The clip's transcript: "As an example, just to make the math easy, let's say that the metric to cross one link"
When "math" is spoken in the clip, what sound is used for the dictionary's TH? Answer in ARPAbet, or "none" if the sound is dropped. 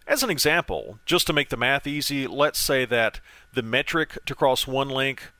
TH